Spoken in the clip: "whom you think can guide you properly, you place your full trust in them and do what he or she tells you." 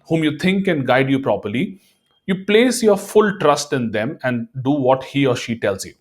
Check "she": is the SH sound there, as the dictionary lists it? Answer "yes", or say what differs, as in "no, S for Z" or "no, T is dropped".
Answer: yes